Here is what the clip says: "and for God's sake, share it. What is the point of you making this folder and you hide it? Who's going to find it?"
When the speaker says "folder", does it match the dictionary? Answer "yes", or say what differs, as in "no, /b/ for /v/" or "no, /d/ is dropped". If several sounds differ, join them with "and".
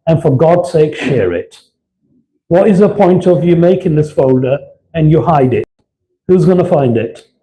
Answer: yes